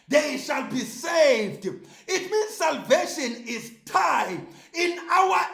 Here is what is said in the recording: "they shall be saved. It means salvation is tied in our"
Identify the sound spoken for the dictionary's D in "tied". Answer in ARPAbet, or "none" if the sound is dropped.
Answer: none